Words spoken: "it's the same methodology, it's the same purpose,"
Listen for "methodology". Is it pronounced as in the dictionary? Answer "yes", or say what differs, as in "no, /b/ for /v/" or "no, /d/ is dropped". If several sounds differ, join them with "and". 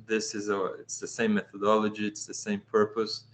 yes